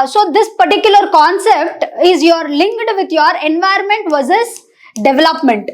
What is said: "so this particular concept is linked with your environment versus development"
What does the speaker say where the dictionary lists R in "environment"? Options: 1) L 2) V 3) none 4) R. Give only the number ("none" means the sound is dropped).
3